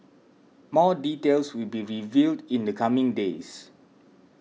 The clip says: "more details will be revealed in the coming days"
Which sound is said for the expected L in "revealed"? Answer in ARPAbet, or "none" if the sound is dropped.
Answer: L